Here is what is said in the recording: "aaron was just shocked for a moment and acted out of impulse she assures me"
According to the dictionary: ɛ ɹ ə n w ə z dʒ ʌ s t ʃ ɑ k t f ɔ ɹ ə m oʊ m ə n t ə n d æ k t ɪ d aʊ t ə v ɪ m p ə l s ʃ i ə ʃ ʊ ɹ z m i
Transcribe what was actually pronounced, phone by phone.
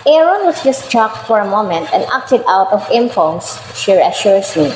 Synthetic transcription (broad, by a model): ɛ ɹ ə n w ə s dʒ ʌ s t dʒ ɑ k t f ɔ ɹ ə m oʊ m ə n t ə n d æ k t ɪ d aʊ t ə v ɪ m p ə n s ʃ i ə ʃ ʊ ɹ s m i